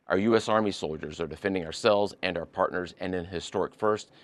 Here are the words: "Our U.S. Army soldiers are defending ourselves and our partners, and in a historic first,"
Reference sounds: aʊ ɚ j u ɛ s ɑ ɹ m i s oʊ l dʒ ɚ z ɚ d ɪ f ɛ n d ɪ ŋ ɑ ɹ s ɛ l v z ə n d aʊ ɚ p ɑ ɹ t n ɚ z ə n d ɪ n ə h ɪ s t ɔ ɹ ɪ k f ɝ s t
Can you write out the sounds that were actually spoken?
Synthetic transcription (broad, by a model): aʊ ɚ j u ɛ s ɑ ɹ m i s oʊ l dʒ ɚ z ɚ d ɪ f ɛ n d ɪ ŋ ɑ ɹ s ɛ l v z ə n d aʊ ɚ p ɑ ɹ t n ɚ z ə n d ɪ n h ɪ s t ɔ ɹ ɪ k f ɝ s t